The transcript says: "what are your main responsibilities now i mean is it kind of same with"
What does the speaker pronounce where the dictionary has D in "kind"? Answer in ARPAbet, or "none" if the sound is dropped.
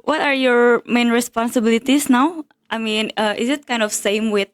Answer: D